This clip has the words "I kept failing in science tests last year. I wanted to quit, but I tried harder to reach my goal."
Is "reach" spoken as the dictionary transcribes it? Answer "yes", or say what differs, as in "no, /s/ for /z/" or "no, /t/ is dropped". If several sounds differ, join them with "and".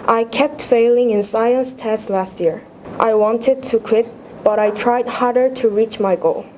yes